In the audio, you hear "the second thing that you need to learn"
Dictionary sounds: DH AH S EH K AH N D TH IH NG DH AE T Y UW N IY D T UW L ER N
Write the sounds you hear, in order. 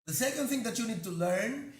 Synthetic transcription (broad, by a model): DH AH S EH K AH N D T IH NG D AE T Y UW N IY D T UW L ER N